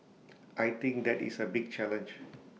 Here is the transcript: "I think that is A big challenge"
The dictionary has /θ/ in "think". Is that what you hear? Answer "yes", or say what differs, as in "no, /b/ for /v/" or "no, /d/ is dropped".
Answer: no, /t/ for /θ/